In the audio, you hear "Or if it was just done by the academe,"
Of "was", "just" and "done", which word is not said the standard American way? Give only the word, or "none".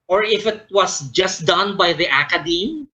was